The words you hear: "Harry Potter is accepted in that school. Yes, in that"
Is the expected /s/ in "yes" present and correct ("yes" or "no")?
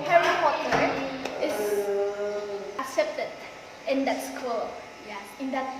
no